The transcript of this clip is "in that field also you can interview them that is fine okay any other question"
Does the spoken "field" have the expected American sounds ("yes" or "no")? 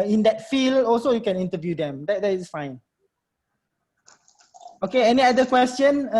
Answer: no